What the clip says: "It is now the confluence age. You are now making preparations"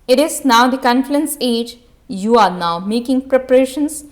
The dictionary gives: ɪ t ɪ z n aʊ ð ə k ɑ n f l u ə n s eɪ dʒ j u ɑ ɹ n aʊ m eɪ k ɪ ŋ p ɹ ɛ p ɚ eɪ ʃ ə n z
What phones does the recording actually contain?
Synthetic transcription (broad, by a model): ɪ t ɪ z n aʊ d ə k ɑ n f u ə n s eɪ dʒ j u ɑ ɹ n aʊ m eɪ k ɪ ŋ p ɹ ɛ p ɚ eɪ ʃ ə n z